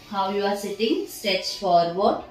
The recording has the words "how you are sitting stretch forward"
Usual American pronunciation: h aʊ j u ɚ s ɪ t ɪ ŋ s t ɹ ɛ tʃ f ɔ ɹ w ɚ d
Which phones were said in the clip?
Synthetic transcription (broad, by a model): h aʊ j u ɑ s ɪ t ɪ ŋ s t ɛ s f ɔ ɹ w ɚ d